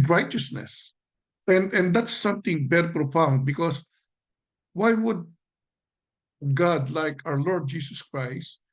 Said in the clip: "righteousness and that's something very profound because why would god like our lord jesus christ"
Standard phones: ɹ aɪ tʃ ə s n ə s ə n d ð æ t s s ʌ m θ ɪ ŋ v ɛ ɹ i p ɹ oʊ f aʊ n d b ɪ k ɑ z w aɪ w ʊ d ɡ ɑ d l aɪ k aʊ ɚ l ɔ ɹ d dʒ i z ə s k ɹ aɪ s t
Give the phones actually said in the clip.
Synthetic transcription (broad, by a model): ɹ aɪ tʃ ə s n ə s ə n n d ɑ t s s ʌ m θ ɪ ŋ b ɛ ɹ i p ɹ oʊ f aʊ n d b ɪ k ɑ s w aɪ w ʊ d ɡ ɑ d l aɪ k aʊ ɚ l ɔ ɹ d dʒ i s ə s k ɹ aɪ s t